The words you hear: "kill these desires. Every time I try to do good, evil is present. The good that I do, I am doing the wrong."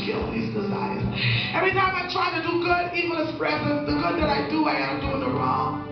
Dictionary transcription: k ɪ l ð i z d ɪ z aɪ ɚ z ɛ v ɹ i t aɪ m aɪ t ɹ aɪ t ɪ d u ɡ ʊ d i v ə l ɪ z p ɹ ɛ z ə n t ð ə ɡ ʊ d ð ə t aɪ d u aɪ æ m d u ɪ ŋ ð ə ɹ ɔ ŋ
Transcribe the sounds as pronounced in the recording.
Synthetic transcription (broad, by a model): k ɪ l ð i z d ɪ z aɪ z ɛ v ɹ i t aɪ m aɪ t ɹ aɪ t ɪ d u ɡ ʊ d i v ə n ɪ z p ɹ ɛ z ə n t ð ə ɡ ʊ d ð ə t aɪ d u aɪ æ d d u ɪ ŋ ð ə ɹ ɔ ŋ